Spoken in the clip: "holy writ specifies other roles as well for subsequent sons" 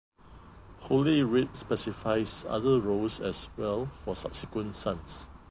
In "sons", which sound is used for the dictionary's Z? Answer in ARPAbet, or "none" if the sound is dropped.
S